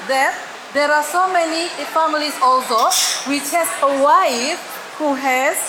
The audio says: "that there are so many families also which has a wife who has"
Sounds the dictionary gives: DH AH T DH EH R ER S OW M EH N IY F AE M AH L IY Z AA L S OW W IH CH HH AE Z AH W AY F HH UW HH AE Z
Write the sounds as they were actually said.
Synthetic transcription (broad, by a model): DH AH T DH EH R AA S OW M EH N IY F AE M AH L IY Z AA L S OW W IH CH HH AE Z AH W AY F HH UW HH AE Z